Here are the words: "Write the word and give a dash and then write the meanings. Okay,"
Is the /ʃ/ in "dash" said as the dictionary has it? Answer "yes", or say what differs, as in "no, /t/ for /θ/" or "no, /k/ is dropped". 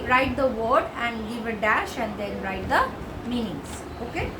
yes